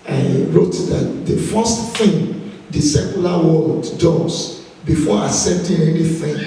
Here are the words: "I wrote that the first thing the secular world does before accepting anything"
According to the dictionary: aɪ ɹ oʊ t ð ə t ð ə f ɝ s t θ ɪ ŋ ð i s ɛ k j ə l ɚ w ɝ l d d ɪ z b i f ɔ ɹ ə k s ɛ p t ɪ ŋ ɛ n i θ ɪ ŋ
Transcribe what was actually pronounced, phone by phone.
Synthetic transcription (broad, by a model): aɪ ɹ oʊ t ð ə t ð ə f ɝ s t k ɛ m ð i s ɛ k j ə l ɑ w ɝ l d d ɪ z b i f ɔ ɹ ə s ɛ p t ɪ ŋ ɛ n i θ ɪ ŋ